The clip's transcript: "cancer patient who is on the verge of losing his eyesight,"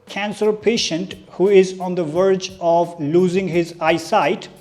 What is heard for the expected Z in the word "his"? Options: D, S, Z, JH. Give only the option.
Z